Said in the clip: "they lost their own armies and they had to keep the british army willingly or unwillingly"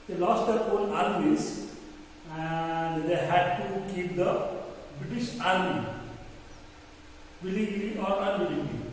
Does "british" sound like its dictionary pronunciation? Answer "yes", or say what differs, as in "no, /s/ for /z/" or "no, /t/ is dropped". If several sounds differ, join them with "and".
yes